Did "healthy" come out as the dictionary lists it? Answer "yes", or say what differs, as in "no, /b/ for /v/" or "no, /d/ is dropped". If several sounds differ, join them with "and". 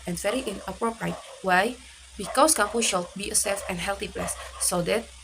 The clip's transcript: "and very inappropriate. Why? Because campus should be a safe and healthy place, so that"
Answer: no, /t/ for /θ/